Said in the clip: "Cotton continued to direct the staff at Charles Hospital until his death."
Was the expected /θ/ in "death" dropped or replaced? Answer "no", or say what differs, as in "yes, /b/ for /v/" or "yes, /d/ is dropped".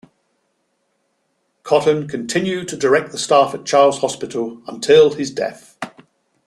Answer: no